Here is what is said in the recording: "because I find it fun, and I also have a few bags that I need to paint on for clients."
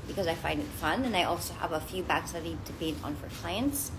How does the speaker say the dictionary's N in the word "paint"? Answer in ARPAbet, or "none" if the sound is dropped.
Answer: none